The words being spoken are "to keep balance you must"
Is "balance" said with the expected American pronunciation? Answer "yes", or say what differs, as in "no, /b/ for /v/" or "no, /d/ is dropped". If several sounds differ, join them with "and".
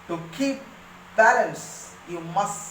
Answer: no, /n/ is dropped